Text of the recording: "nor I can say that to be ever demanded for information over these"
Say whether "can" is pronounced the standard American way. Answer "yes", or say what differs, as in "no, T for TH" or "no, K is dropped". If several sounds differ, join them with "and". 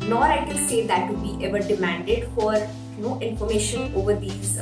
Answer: no, L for N